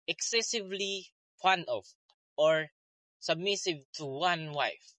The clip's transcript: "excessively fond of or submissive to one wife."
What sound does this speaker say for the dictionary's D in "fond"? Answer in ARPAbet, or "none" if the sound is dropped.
none